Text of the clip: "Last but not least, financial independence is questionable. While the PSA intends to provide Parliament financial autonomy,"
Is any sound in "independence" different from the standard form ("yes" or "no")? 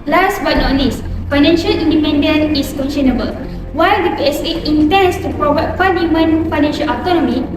yes